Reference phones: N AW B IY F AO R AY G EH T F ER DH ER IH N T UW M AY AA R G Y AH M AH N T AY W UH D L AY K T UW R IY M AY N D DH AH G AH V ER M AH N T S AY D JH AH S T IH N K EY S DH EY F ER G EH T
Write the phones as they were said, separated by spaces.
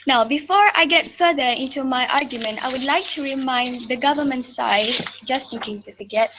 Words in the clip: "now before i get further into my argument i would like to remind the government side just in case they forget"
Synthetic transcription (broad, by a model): N AW B IY F AO R AY G EH T F ER DH ER IH N T UW M AY AA R G Y AH M AH N T AY W UH D L AY K T UW R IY M AY N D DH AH G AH V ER M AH N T S AY D JH AH S T IH N K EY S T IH F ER G EH T